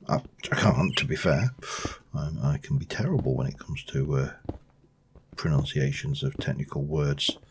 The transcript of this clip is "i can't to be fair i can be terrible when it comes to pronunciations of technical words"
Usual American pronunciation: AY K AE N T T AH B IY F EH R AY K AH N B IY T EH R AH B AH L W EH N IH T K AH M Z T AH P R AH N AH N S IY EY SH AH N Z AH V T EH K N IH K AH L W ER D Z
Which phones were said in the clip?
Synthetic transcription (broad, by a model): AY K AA N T T AH B IY F EH R AY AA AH N B IY T EH R AH B AH L W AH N IH T K AH M Z T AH P R AH N AH N S IY EY SH AH N Z AH V T EH K N IH K AH L W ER D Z